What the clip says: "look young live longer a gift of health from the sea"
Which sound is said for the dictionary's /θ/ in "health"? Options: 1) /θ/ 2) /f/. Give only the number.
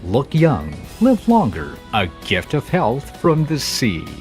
1